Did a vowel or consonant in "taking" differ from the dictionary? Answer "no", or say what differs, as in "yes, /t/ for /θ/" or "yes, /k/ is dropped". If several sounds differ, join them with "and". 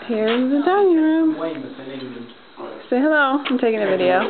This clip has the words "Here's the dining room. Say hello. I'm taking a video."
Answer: no